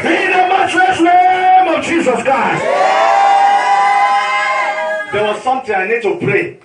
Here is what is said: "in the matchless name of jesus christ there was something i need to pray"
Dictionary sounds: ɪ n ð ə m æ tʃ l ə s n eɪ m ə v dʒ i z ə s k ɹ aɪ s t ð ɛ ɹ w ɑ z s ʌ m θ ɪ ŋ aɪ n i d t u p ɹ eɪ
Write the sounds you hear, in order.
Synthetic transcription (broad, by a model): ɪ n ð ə m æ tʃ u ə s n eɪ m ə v dʒ i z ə s k ɹ aɪ s t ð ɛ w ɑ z s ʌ m t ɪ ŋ aɪ n i d t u p ɹ eɪ